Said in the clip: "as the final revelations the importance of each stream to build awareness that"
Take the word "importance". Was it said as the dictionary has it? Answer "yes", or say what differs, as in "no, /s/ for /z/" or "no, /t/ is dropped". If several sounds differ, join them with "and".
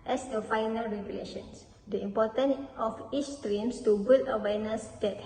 no, /s/ is dropped